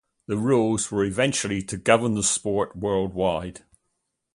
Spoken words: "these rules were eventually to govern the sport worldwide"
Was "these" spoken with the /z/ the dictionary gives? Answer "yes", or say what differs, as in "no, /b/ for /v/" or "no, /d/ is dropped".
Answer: no, /z/ is dropped